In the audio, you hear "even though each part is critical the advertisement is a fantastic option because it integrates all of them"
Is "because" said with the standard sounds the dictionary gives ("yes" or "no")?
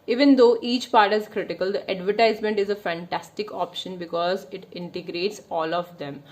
yes